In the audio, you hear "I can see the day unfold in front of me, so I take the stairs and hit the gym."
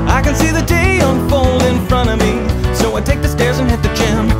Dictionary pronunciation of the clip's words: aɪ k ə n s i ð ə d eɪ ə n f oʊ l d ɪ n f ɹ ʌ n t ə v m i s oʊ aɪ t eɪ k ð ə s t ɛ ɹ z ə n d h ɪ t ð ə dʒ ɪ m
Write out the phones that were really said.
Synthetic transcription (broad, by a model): aɪ k ə n s i ð ə d eɪ ə n f oʊ l d ɪ n f ɹ ʌ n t ə v m i s oʊ aɪ t eɪ k ð ə s t ɛ ɹ z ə n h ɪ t ð ə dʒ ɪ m